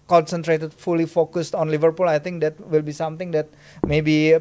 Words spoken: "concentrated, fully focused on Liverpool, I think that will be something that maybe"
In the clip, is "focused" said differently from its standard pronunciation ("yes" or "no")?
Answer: no